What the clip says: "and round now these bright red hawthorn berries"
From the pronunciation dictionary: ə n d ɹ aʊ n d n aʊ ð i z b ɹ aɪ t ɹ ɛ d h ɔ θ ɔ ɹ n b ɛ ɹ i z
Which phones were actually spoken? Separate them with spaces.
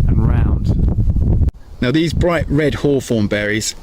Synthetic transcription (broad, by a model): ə n ɹ aʊ n d n aʊ ð i z b ɹ aɪ t ɹ ɛ d h ɔ f ɔ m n b ɛ ɹ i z